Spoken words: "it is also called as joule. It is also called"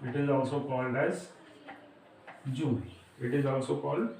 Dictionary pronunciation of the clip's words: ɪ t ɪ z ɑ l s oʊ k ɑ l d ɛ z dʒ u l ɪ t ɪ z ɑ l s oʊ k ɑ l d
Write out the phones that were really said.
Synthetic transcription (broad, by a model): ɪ t ɪ z ɑ l s oʊ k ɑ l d ɛ z dʒ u n ɪ t ɪ z ɑ l s oʊ k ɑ l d